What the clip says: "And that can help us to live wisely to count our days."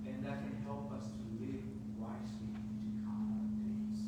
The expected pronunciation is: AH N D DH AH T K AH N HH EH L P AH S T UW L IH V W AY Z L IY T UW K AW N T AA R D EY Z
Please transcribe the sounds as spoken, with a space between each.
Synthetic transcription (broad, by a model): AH N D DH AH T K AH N HH EH L P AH S T UW L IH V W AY S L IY T UW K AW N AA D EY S